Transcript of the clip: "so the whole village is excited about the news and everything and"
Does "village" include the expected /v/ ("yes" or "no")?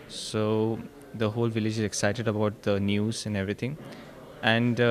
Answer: yes